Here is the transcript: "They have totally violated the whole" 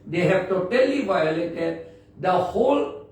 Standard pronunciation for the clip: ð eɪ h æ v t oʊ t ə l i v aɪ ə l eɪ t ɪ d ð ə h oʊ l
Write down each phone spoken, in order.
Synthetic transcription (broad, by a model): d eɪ h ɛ b t oʊ t ə l i v aɪ ə l eɪ t ɪ d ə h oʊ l